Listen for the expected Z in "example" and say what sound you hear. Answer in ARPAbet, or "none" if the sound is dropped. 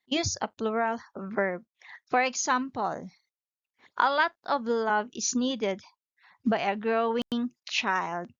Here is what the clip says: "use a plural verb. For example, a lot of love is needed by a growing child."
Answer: S